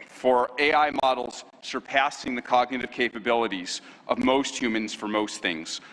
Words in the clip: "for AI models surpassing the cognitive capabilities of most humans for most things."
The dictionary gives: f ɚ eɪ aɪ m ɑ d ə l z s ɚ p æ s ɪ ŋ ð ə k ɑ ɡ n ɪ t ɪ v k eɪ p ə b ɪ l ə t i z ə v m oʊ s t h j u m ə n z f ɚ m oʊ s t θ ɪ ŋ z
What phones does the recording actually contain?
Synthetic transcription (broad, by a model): f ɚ eɪ aɪ m ɑ d l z s ɚ p æ s ɪ ŋ ð ə k ɑ ɡ n ɪ t ɪ v k eɪ p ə b ɪ l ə t i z ə v m oʊ s t h j u m ə n z f ɚ m oʊ s t θ ɪ ŋ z